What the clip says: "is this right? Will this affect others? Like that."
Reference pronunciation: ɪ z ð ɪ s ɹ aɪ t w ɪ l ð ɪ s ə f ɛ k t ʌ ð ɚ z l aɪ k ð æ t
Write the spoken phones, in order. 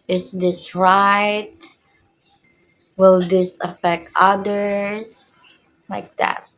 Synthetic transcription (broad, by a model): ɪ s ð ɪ s ɹ aɪ t w ɪ l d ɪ s ə f ɛ k t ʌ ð ɚ s l aɪ k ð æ t